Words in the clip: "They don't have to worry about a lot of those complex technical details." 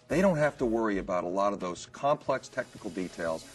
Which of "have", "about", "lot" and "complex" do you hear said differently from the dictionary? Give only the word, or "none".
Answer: have